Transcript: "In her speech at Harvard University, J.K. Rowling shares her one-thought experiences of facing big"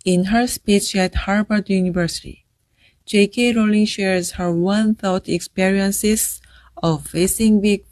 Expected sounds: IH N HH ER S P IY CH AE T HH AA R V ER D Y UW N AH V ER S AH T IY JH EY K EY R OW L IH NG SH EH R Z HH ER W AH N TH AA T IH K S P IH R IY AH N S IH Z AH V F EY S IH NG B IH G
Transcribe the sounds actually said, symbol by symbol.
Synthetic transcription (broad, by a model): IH N HH ER S P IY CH AE T HH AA R B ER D Y UW N AH V ER S AH T IY JH EY K EY R OW L IH NG SH EH R Z HH ER W AH N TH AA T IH K S P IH R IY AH N S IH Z AH V F EY S IH NG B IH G